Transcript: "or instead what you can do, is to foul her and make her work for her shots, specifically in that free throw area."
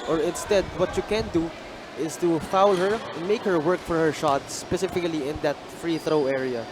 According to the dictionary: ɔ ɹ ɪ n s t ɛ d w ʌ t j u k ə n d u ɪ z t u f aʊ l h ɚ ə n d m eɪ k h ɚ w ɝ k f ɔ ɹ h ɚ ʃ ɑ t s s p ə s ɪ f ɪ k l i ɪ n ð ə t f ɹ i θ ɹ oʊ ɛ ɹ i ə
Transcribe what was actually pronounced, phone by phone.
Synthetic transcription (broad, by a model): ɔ ɹ ɪ n s t ɛ d w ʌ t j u k ə n d u ɪ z t u f aʊ l h ɚ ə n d m eɪ k h ɚ w ɝ k f ɔ ɹ h ɚ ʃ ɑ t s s p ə s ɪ f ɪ k l i ɪ n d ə t f ɹ i θ ɹ oʊ ɛ ɹ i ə